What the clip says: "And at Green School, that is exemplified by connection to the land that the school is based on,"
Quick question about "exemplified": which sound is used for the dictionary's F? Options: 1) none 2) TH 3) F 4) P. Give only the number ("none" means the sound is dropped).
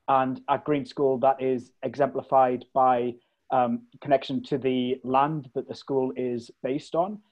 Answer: 3